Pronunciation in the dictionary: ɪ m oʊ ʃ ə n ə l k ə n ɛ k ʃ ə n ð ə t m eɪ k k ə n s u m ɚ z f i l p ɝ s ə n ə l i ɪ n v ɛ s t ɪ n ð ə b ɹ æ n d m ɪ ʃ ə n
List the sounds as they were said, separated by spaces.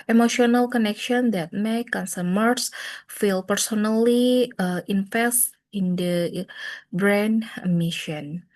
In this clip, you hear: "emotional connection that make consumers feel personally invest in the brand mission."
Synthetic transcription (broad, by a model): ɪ m oʊ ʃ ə n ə l k ə n ɛ k ʃ ə n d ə t m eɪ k k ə n s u m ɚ s f i l p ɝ s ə n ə l i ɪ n f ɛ s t ɪ n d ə b ɹ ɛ n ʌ m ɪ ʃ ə n